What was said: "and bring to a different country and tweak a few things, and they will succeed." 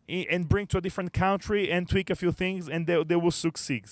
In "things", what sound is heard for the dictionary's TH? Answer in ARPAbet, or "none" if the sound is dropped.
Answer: TH